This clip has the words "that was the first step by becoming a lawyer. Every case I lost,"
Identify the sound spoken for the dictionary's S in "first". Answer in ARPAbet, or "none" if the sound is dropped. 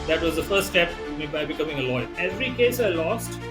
none